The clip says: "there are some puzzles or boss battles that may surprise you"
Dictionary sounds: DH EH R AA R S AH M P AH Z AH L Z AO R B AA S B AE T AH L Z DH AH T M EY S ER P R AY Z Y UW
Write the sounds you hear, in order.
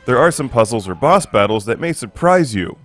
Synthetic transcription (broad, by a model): DH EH R AA R S AH M P AH Z L Z AO R B AA S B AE T L Z DH AH T M EY S ER P R AY Z Y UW